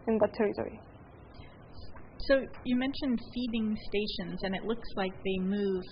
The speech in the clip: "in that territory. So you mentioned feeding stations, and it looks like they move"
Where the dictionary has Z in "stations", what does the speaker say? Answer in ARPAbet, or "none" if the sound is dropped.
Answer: Z